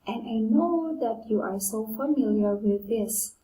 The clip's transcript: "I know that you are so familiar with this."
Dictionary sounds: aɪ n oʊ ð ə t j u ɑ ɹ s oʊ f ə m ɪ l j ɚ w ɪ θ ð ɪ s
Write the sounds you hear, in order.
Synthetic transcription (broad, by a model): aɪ n oʊ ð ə t j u ɑ ɹ s oʊ f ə m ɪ l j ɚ w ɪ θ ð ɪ s